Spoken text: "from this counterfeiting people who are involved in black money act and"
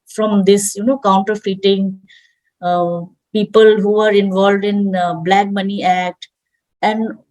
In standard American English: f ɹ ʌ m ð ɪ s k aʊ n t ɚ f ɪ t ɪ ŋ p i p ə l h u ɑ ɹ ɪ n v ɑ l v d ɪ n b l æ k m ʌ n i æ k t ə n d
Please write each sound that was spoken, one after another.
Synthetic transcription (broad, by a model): f ɹ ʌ m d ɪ s k aʊ n t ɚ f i t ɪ ŋ p i p ə l h u ɑ ɹ ɪ n v ɑ l v d ɪ n b l æ k m ʌ n i æ k t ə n d